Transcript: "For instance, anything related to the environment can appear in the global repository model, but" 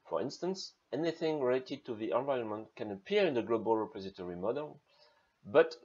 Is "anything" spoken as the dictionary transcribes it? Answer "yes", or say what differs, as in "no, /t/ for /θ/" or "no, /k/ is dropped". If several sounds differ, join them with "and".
yes